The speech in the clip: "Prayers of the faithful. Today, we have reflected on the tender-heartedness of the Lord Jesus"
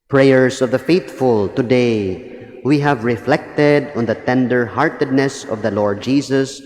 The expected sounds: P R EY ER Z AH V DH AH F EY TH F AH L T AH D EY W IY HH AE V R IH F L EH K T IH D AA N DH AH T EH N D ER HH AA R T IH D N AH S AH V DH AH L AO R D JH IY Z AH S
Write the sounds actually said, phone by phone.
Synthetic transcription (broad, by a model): P R EY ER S AH V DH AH F EY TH F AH L T AH D EY W IY HH AE V R IH F L EH K T IH D AA N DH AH T EH N D ER HH AA R T IH D N AH S AH V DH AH L AO R D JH IY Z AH S